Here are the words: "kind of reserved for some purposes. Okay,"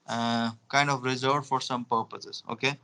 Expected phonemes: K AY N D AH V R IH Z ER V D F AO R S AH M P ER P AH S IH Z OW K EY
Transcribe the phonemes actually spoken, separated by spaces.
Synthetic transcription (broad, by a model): K AY N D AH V R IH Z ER D F AO R S AH M P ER P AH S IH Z OW K EY